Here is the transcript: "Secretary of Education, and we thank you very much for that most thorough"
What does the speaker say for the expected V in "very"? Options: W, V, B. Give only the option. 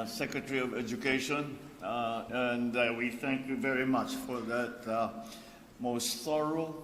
V